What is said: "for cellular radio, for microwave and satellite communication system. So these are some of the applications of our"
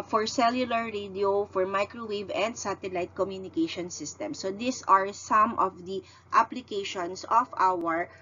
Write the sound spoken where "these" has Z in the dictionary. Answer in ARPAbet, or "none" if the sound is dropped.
S